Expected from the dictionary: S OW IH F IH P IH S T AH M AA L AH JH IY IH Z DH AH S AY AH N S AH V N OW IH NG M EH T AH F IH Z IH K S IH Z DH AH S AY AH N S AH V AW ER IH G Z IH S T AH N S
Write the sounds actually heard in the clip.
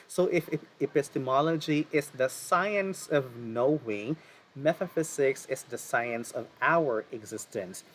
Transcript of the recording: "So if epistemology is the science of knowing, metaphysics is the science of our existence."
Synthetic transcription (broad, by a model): S OW IH F IH P IH S T AH M AA L AH JH IY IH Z DH AH S AY AH N S AH V N OW IH NG M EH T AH F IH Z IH K S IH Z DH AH S AY AH N S AH V AW ER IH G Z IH S T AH N S